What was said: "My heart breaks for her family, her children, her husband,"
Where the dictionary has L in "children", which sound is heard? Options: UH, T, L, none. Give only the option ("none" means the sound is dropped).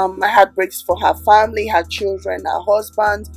L